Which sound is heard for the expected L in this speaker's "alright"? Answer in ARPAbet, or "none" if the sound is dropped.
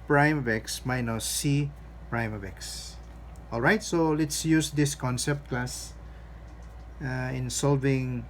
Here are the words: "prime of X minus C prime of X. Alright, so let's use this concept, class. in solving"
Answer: L